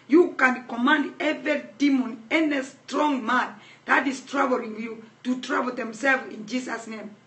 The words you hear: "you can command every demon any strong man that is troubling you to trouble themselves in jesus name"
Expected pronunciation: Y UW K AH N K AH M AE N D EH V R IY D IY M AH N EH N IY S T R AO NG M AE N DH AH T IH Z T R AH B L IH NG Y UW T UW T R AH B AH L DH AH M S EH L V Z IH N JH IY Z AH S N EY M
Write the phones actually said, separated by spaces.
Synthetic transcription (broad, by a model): Y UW K AH N K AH M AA N D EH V IY D IY M AH N EH N IY S T R AO NG M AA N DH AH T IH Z T R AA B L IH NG Y UW T UW T R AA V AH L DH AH M S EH L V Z IH N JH IY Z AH S N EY M